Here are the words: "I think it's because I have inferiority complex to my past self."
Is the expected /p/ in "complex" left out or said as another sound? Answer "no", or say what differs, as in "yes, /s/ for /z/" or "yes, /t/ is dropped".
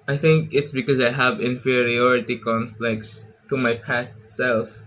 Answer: yes, /f/ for /p/